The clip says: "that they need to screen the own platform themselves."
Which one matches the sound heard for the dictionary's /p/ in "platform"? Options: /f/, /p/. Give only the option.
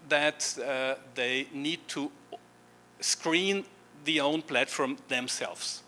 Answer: /p/